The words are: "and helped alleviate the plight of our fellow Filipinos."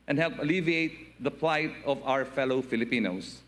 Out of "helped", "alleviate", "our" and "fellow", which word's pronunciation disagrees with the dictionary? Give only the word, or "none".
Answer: helped